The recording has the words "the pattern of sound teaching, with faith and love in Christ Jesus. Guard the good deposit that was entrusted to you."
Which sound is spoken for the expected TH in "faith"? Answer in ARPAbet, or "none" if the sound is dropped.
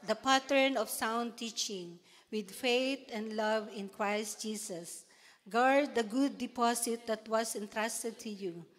T